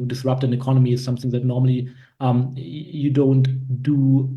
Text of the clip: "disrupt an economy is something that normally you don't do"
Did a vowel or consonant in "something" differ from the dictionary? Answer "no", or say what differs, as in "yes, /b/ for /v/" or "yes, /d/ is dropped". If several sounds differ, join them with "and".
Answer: no